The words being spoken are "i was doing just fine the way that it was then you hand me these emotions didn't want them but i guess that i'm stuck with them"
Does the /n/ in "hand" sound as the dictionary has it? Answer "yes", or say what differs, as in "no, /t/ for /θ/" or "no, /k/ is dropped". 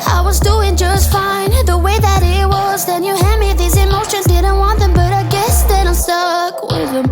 no, /n/ is dropped